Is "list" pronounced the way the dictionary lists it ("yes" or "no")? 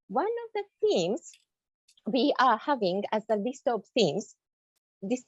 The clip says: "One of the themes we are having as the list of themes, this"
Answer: yes